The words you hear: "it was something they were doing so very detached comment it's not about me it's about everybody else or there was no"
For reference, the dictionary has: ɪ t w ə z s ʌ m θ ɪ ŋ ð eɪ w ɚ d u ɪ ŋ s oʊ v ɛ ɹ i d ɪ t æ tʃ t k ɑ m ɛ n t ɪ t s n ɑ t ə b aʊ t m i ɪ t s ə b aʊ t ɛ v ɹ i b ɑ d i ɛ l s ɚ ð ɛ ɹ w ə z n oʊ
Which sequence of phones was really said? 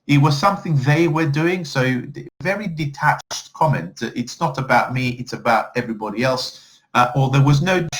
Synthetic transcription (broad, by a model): ɪ t w ə z s ʌ m θ ɪ ŋ ð eɪ w ɚ d u ɪ ŋ s oʊ v ɛ ɹ i d ɪ t æ tʃ t k ɑ m ɛ n t ɪ t s n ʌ t ə b aʊ t m i ɪ t s ə b aʊ t ɛ v ɹ i b ɑ d i ɛ l s ɚ ð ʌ ɹ w ə z n oʊ